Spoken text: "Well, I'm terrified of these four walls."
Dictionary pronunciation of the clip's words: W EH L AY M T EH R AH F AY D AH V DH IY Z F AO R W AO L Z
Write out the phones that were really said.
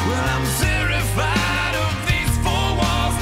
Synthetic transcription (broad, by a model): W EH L AY M S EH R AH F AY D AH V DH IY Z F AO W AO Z